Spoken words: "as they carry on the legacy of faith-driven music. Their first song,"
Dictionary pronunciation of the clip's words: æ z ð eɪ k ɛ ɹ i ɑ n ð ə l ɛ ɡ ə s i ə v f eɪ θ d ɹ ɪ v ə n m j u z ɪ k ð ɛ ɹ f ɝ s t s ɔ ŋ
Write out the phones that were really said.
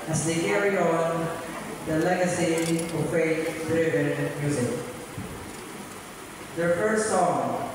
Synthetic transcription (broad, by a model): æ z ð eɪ k ɛ ɹ i ɑ n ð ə l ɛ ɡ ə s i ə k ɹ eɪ t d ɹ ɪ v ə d m j u z ɪ k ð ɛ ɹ f ɝ s t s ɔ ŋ